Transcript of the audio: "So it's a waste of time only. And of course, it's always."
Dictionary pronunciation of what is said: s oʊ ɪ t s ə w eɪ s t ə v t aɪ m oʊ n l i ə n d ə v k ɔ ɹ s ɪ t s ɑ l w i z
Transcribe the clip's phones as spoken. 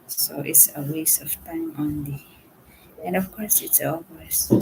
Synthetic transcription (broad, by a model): s oʊ ɪ t s ə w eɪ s ə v t aɪ m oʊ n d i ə n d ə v k ɔ ɹ s ɪ t s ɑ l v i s